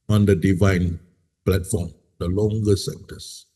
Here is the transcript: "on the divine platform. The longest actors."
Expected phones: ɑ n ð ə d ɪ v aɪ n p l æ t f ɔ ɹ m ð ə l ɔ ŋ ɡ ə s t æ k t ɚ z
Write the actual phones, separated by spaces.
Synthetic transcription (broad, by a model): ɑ n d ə d ɪ v aɪ n p l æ t f ɔ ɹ m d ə l ɔ ŋ ɡ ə s ɛ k t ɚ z